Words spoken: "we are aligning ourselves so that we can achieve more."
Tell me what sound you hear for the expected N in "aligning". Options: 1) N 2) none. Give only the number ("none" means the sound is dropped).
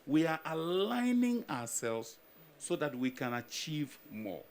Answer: 1